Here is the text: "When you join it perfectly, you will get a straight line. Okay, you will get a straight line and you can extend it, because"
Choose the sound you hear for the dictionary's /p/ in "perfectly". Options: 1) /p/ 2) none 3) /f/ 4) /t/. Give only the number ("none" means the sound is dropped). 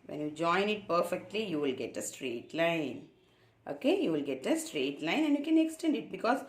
1